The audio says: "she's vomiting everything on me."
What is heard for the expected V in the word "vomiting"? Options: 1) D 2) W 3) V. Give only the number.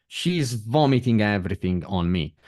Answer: 3